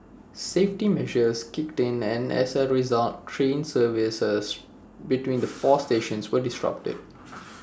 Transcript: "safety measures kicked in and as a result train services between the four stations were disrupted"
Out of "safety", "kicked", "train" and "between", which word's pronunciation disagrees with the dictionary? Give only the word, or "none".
none